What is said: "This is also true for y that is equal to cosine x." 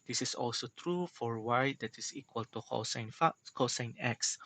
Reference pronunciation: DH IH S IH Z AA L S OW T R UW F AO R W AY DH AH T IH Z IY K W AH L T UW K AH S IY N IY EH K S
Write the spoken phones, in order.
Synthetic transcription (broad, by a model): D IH S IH S AA L S OW T R UW F AO R W AY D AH T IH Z IY K W AH L T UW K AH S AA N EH K S